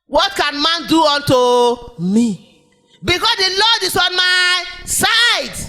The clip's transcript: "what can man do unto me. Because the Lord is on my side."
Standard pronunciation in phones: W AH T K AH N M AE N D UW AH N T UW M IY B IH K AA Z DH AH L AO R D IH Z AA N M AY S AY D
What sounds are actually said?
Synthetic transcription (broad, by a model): W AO T K AH N M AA N D UW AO N T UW M IY B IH K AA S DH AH L AO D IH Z AA N M AY S AY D